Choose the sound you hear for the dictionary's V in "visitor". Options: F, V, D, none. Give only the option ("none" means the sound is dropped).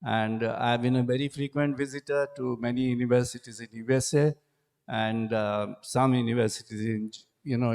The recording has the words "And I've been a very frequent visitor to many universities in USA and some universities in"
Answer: V